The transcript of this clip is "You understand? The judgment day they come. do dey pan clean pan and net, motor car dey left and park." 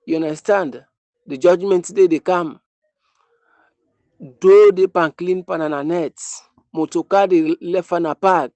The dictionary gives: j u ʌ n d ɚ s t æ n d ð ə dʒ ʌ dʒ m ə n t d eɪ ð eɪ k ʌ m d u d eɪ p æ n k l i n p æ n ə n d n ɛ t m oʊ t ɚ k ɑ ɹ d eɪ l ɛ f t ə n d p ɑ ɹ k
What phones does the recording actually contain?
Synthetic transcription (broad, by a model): j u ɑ n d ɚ s t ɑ n d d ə dʒ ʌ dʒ m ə n t d eɪ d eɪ k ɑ m d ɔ d eɪ p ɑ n k l i n p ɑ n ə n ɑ n ɛ t m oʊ t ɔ k ɑ d eɪ l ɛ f ə n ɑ p ɑ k